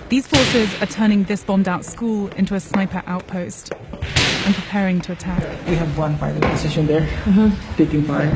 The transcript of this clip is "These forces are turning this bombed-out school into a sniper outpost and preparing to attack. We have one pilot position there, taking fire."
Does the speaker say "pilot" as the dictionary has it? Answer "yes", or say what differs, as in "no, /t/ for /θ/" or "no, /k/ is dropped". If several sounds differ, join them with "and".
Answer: no, /f/ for /p/ and /n/ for /l/